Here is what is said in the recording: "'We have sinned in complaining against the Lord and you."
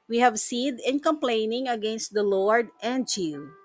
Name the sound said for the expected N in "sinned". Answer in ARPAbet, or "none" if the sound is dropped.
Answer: none